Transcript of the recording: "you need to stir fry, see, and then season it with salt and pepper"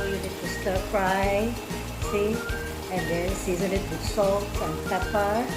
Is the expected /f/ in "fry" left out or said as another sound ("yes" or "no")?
yes